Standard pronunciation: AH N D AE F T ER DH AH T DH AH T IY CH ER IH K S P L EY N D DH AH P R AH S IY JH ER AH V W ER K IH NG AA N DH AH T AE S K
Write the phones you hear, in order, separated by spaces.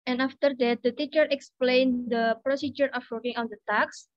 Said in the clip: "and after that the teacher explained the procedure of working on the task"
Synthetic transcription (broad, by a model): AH N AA F T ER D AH T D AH T IY CH ER IH K S P L EY N D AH P R AH S IY JH ER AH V W ER K IH NG AA N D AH T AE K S